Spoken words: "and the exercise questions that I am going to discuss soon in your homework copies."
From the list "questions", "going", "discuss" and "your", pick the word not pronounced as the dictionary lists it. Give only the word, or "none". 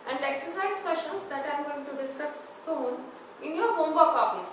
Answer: questions